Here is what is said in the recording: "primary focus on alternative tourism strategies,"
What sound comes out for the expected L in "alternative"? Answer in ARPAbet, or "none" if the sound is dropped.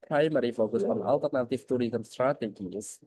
L